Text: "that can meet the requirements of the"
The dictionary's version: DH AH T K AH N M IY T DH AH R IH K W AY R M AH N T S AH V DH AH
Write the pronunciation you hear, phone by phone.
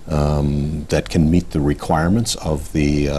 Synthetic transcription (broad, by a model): DH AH T K AH N M IY T DH AH R IH K W AY R M AH N T S AH V DH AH